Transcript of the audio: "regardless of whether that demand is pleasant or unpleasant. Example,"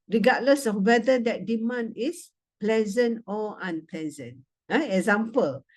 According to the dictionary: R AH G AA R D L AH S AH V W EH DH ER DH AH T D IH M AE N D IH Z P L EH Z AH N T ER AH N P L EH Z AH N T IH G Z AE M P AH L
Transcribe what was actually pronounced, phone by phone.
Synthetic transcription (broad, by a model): R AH G AA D L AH S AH F W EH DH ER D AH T D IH M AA N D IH S P L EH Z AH N T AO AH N P L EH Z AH N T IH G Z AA M P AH L